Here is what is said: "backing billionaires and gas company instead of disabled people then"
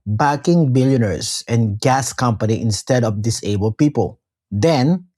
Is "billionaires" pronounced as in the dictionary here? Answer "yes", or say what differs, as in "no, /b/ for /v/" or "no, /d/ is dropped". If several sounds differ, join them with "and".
no, /s/ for /z/